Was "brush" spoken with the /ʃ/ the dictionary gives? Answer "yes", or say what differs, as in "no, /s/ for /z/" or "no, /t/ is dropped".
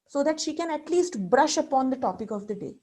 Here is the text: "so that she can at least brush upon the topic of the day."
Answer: yes